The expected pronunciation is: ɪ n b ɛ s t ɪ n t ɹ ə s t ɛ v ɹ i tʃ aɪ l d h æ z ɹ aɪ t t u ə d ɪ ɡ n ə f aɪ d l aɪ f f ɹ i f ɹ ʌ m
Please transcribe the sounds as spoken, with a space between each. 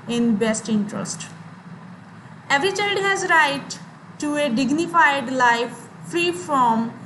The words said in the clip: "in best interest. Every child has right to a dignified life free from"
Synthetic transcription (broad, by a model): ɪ n b ɛ s t ɪ n t ɹ ə s t ɛ v ɹ i tʃ aɪ l d h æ z ɹ aɪ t t u ə d ɪ ɡ n ə f aɪ d l aɪ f f ɹ i f ɹ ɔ m